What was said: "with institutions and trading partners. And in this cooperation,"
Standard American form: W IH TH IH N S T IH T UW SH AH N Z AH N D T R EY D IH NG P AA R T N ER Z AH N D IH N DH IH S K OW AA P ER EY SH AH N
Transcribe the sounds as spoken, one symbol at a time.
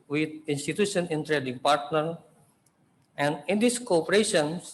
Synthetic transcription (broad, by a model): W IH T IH N S T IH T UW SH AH N AH N T R EY D IH NG P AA R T N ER AH N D IH N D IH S K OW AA P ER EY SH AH N